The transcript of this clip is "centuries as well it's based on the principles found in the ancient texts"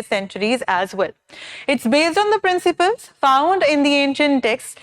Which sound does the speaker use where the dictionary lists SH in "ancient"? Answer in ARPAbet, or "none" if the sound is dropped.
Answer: SH